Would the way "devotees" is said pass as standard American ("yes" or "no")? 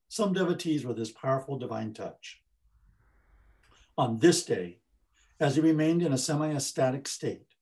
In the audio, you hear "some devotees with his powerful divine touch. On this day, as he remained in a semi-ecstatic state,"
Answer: yes